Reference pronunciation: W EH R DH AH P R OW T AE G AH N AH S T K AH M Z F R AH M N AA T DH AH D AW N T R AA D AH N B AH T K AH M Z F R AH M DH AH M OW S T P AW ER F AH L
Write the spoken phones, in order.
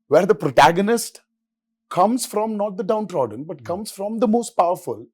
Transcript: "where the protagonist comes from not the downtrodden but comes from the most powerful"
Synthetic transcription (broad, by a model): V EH R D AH P R OW T AE G AH N AH S T K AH M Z F R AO M N AA T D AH D AW N T R AA D AH N B AH T K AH M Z F R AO M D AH M OW S T P AW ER F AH L